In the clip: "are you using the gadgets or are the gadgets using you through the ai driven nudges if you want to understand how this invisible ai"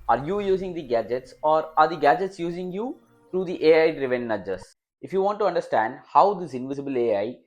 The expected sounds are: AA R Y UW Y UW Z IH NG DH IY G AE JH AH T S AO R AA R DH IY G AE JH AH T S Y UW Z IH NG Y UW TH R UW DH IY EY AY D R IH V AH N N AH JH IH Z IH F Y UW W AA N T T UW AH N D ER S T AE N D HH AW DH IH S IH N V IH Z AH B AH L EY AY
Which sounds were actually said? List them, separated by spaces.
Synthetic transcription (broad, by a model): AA R Y UW Y UW Z IH NG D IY G AE JH AH T S AO R AA R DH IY G AE JH AH T S Y UW Z IH NG Y UW T R UW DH IY EY AY D R IH V AH N N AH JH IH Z IH F Y UW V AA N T T UW AH N D ER S T AE N D HH AW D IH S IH N V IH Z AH B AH L EY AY